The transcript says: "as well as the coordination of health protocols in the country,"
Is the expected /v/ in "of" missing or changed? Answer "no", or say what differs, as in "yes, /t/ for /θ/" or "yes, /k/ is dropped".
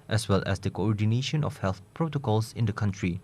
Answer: yes, /f/ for /v/